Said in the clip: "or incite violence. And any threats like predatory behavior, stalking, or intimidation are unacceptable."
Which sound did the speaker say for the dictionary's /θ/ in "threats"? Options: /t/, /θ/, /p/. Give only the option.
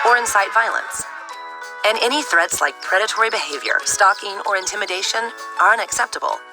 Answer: /θ/